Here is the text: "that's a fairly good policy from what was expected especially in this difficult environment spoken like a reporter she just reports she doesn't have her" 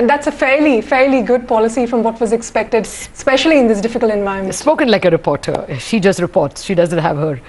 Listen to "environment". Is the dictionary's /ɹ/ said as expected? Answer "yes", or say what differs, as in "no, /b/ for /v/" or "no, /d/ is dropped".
no, /ɹ/ is dropped